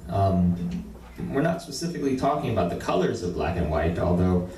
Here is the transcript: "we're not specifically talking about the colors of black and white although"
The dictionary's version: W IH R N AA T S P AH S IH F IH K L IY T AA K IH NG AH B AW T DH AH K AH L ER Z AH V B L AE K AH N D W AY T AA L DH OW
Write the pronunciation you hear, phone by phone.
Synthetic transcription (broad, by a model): W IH R N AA T S P AH S IH F IH K L IY T AA K IH NG AH B AW T DH AH K AH L ER Z AH V B L AE K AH N W AY T AA L DH OW